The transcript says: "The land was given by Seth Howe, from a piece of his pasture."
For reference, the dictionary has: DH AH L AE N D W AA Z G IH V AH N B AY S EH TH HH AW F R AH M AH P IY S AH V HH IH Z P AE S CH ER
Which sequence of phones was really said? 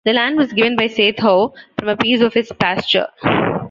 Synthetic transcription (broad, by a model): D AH L AE N D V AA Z G IH V AH N B AY S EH T HH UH F R AH M AH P IY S AH V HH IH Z P AE S CH ER